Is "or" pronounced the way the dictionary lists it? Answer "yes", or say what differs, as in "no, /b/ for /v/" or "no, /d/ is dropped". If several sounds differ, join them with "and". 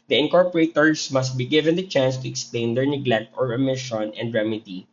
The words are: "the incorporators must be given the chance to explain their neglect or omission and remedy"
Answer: yes